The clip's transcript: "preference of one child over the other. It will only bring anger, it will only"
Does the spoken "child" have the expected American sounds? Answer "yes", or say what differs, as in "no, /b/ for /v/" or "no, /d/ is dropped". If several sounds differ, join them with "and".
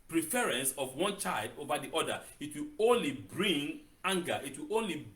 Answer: yes